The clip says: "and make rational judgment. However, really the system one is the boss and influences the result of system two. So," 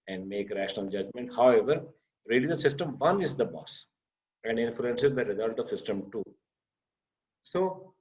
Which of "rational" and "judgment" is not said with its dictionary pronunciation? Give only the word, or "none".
none